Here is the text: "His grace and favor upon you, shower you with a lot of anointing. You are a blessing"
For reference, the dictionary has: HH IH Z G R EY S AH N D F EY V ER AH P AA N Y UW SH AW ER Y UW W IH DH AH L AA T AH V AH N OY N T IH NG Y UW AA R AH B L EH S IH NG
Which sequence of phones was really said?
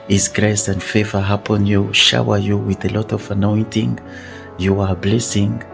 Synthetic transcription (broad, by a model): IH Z G R EY S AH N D F EY V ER AH P AA N Y UW SH AW ER Y UW W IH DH AH L AA T AH V AH N OY N T IH NG Y UW AA R B L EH S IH NG